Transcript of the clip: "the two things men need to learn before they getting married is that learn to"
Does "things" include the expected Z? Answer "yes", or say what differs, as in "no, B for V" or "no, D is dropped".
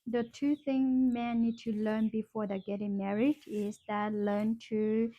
no, Z is dropped